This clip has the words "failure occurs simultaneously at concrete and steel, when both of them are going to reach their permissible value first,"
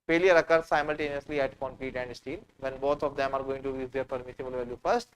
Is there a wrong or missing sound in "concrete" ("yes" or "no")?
yes